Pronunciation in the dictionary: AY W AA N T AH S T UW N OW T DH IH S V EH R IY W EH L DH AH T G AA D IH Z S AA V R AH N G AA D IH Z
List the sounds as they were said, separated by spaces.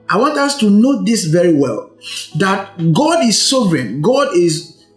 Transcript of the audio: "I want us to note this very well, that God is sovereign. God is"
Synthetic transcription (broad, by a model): AY W AA N T AH S T UW N OW T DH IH S V EH R IY W EH L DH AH T G AA D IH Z S AA V R AH N G AA D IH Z